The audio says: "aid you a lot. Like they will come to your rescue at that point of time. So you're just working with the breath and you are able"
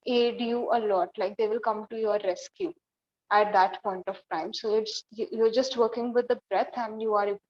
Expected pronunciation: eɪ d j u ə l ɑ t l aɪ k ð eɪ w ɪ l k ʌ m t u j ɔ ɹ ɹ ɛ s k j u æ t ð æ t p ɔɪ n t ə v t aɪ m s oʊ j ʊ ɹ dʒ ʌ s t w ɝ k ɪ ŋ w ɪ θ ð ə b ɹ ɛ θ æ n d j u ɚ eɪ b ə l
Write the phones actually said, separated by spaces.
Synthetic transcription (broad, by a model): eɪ d j u ə l ɑ t l aɪ k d eɪ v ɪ l k ʌ m t u j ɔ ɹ ɹ ɛ s k j u æ t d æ t p ɔɪ n t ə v t aɪ m s oʊ j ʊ ɹ dʒ ʌ s t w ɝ k ɪ ŋ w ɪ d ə b ɹ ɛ t æ n d j u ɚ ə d